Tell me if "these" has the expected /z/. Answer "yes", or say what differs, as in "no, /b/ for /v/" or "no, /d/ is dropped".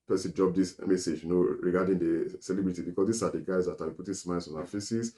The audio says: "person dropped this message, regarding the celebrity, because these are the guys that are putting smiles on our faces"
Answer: no, /s/ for /z/